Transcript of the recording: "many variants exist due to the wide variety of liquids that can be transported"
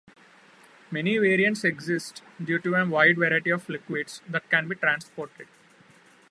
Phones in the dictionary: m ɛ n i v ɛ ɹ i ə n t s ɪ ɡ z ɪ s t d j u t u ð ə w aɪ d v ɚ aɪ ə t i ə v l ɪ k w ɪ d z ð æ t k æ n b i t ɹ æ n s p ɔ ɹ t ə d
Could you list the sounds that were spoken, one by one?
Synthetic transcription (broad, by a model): m ɛ n i v ɛ ɹ i ə n t s ɪ ɡ z ɪ s t d j u t u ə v aɪ d v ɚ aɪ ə t i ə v l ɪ k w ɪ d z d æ t k æ n b i t ɹ æ n s p ɔ ɹ t ə d